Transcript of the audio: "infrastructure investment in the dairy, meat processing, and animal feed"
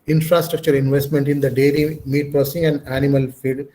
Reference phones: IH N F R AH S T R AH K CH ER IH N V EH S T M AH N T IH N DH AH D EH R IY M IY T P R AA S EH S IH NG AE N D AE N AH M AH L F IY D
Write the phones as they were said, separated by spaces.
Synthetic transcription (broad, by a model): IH N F R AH S T R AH K CH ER IH N V EH S T M AH N T IH N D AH D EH L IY M IY T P R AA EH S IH NG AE N D AE N AH M AH L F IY D